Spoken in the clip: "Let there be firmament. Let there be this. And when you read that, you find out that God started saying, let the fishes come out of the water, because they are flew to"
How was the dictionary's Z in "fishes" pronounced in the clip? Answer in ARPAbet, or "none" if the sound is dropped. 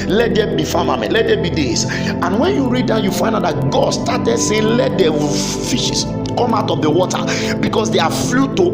S